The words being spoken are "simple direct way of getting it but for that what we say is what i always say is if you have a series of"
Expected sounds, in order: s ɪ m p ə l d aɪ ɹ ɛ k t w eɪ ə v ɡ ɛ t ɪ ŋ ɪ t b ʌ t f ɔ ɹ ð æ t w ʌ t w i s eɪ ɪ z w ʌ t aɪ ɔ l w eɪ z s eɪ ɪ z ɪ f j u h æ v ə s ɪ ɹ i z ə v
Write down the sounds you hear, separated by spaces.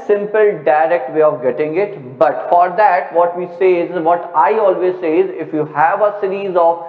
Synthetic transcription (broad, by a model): s ɪ m p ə l d aɪ ɹ ɛ k t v eɪ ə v ɡ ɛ t ɪ ŋ ɪ t b ʌ t f ɔ ɹ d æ t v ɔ t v i s eɪ ɪ z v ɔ t aɪ ɔ l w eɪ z s eɪ ɪ z ɪ f j u h æ v ə s ɪ ɹ i z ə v